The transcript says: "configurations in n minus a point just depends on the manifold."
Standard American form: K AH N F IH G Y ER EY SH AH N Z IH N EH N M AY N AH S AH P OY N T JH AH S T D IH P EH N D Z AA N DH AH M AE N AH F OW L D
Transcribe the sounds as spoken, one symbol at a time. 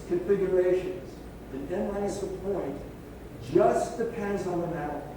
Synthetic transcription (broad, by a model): K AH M F IH G Y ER EY SH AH N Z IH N EH N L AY AH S AH P OY N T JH AH S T D IH P EH N D Z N DH AH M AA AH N